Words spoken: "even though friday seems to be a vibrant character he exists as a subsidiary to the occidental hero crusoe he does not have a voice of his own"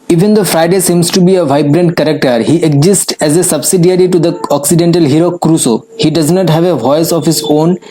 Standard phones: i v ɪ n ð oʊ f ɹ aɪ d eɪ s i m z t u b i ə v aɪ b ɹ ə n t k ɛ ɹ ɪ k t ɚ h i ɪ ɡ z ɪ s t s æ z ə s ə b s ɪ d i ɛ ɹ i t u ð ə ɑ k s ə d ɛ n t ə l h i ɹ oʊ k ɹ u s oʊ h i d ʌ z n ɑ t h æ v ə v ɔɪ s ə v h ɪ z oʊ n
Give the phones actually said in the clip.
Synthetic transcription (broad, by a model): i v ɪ n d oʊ f ɹ aɪ d eɪ s i m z t u b i ə v aɪ b ɹ ə n t k ɛ ɹ ɪ k t ɚ h i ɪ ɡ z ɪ s t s æ z ə s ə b s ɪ d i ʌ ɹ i t u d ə ɑ k s ə d ɛ n t ə l h i ɹ oʊ k ɹ u s oʊ h i d ʌ z n ɑ t h æ v ə v ɔɪ s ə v h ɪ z oʊ n